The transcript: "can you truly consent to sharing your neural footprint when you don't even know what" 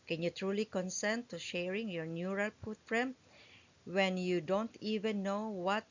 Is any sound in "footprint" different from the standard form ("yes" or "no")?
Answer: yes